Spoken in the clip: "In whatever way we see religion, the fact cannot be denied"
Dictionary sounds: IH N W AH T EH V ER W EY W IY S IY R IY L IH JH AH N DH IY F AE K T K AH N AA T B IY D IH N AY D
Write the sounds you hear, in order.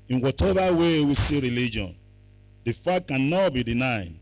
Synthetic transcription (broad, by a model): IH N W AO T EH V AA W EY W IY S IY R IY L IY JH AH N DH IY F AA T K AH N AA T B IY D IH N AY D